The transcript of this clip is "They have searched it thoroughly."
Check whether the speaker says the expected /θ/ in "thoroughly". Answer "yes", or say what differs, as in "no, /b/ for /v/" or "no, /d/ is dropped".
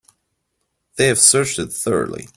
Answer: yes